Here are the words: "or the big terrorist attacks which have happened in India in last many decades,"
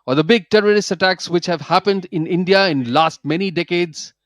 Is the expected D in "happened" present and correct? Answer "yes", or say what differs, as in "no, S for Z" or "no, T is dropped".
yes